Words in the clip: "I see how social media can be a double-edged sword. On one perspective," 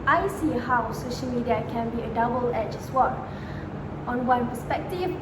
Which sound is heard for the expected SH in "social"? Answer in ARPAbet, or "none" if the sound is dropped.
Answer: SH